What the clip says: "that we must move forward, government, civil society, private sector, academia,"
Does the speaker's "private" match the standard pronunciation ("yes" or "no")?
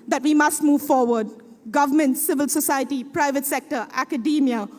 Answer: yes